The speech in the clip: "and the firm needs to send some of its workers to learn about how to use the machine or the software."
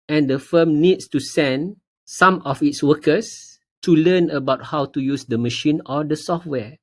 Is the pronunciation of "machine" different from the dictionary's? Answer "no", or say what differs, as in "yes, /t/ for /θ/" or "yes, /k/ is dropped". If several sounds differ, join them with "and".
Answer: no